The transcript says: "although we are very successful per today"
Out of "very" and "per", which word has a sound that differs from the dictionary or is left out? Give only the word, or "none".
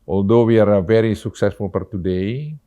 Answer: per